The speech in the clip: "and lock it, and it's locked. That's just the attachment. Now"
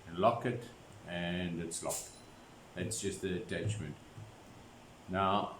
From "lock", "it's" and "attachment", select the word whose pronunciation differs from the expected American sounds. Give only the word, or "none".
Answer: none